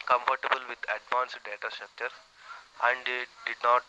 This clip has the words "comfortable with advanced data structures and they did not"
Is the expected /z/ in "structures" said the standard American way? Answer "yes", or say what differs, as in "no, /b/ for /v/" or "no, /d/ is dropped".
no, /z/ is dropped